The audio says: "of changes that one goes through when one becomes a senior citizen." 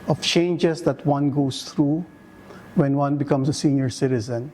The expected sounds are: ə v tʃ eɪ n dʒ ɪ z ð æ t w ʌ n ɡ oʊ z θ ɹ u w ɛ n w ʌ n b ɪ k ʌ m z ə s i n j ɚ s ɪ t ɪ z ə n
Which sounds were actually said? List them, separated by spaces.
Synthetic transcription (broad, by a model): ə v tʃ eɪ n dʒ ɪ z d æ t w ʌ n ɡ oʊ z t ɹ u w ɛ n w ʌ n b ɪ k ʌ m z ə s i n j ɚ s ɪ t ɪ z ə n